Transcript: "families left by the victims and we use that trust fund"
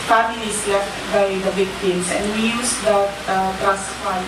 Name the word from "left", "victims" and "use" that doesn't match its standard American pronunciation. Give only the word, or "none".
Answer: victims